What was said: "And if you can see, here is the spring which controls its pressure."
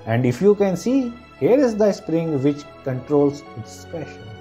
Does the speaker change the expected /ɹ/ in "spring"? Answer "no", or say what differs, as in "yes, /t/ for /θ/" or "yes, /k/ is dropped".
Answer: no